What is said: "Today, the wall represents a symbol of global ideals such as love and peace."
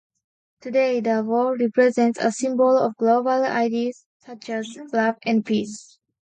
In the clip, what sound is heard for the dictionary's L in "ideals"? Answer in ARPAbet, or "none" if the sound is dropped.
none